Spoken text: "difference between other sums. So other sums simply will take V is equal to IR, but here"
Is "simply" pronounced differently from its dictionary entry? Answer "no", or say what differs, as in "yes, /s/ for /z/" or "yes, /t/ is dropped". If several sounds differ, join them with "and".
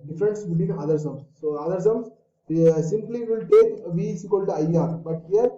no